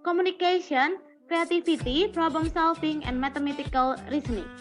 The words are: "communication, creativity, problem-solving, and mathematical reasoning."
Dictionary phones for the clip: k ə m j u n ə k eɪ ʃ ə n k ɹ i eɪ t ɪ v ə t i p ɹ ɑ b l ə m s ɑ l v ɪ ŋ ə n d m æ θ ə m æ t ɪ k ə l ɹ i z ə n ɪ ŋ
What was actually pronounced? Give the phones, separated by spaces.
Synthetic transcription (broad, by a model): k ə m u n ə k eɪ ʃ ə n k ɹ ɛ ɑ t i f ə t i p ɹ ɑ b l ə m s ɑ l f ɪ ŋ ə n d m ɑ t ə m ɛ t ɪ k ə l ɹ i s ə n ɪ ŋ